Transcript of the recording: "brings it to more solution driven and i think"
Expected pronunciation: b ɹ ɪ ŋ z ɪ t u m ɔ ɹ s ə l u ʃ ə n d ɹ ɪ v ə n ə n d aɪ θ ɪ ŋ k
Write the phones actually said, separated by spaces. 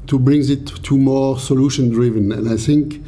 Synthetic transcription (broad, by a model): b ɹ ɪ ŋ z ɪ t u m ɔ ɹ s ə l u ʃ ə n d ɹ ɪ v ə n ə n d aɪ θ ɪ ŋ k